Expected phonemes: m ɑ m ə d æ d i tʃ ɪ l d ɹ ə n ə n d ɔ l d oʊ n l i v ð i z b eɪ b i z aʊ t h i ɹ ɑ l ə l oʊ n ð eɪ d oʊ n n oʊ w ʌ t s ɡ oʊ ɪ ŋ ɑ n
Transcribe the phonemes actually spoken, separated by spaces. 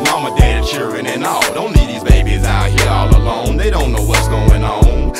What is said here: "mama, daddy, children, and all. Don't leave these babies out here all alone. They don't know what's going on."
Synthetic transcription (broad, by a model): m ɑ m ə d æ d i tʃ ɪ l d ɹ ə n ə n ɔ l d oʊ n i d ð i z b eɪ b i z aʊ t h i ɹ ɑ l ə l oʊ n ð eɪ d oʊ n n oʊ w ʌ t s ɡ oʊ ɪ ŋ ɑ n